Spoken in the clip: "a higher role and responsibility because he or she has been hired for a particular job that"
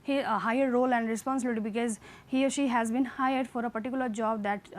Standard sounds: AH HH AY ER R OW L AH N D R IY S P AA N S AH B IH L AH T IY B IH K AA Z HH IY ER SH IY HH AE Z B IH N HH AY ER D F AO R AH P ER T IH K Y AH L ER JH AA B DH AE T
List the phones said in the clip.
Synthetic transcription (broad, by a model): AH HH AY ER R OW L AH N D R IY S P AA N S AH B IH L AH T IY B IH K AA Z HH IY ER SH IY HH AE Z B IH N HH AY ER D F AO R AH P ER T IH K Y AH L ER JH AA B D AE T